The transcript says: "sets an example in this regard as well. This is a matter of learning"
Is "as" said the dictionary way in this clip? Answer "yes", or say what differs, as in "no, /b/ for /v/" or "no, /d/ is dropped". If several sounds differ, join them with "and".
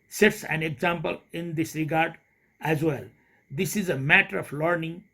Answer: yes